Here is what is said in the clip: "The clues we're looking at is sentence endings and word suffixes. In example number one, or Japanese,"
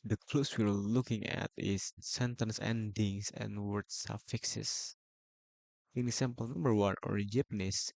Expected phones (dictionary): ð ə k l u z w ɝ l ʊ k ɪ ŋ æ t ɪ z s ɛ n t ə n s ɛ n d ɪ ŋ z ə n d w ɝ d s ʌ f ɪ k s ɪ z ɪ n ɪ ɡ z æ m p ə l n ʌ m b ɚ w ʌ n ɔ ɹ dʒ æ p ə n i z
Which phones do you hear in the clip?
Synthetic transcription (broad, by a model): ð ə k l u s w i l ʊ k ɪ ŋ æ t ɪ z s ɛ n t ə n s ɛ n d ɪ ŋ s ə n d w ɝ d s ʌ f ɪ k s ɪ s ɪ n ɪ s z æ m p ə l n ʌ m b ɚ w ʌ n ɔ ɹ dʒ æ p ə n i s